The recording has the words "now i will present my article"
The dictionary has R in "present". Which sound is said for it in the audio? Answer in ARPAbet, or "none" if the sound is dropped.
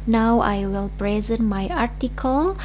R